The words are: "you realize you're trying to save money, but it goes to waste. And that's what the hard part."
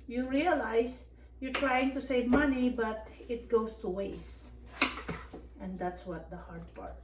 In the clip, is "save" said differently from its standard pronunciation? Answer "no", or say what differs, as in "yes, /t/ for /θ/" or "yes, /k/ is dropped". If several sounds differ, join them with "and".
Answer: no